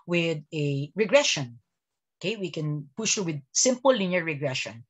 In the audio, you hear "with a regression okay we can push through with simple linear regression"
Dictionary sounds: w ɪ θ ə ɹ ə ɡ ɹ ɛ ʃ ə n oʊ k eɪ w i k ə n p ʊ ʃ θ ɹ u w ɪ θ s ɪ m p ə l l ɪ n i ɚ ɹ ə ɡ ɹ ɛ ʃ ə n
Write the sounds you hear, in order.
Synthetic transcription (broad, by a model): w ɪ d ə ɹ ə ɡ ɹ ɛ ʃ ə n oʊ k eɪ w i k ə n p ʊ ʃ t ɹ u w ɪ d s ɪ m p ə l l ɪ n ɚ ɹ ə ɡ ɹ ɛ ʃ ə n